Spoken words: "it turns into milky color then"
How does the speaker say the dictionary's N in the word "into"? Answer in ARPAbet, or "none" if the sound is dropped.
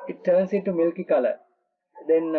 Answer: none